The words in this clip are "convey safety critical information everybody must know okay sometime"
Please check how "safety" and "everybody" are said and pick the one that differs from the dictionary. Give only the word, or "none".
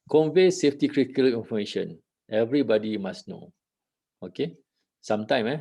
none